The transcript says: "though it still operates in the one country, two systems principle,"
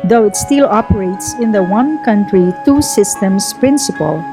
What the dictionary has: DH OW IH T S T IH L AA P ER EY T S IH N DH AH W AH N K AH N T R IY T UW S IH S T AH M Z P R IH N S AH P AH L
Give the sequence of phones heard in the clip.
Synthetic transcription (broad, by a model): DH OW IH T S T IH L AA P ER EY T S IH N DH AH W AH N K AH N T R IY T UW S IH S T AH M S P R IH N S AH P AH L